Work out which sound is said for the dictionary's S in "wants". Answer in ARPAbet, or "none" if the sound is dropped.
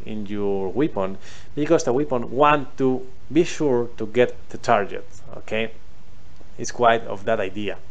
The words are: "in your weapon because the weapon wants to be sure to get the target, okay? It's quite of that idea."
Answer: none